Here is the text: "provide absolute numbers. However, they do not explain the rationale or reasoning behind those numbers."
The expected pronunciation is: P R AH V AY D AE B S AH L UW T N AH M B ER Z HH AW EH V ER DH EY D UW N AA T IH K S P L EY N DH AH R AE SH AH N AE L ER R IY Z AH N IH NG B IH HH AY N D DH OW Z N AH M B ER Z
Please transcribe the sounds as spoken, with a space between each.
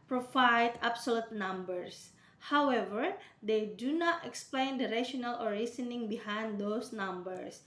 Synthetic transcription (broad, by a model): P R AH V AY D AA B S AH L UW T N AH M B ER S HH AW EH V ER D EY D UW N AA T IH K S P L EY N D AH R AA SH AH N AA L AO R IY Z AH N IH NG B IH HH AY N D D OW S N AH M B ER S